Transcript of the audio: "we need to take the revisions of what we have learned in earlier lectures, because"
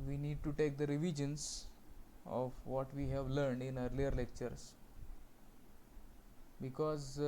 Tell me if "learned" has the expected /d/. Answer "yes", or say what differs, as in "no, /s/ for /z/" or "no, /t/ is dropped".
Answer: yes